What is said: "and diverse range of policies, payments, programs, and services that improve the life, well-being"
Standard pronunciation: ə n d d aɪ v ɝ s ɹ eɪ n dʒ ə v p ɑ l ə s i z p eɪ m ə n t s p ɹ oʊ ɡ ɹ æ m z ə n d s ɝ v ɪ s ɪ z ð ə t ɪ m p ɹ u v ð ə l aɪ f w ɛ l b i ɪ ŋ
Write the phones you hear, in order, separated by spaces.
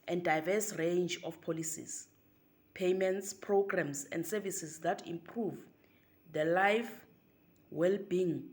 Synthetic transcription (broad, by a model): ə n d d aɪ v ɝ s ɹ eɪ n dʒ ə f p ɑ l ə s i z p eɪ m ə n t s p ɹ oʊ ɡ ɹ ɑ m s ə n d s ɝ v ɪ s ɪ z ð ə t ɪ m p ɹ u v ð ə l aɪ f w ɛ l b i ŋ